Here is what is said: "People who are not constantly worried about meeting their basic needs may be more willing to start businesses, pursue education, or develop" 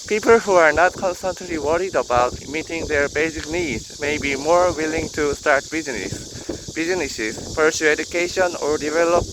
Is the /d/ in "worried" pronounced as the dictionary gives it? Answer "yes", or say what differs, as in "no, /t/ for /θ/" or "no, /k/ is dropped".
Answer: yes